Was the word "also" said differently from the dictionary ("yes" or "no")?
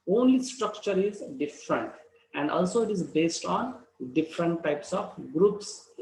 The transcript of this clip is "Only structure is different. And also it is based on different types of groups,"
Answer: no